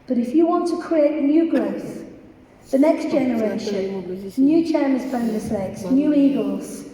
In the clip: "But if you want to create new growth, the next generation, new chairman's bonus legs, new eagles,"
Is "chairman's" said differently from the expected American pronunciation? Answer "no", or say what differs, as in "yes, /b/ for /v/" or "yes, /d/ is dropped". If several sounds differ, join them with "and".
yes, /n/ is dropped